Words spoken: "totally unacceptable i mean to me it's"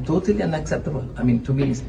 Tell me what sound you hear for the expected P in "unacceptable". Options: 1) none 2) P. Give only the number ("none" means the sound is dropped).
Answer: 1